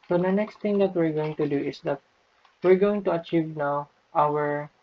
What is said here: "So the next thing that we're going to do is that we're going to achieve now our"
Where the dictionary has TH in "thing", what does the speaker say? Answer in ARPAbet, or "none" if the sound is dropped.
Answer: T